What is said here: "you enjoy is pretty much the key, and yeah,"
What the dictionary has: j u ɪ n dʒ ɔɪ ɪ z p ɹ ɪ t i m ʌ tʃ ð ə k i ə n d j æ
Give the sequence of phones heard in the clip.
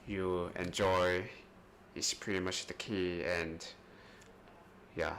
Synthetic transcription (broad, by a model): j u ɪ n dʒ ɔɪ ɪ s p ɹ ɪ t i m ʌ tʃ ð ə k i ə n d j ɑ